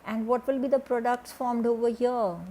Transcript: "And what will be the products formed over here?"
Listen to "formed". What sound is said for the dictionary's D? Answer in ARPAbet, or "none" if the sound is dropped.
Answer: D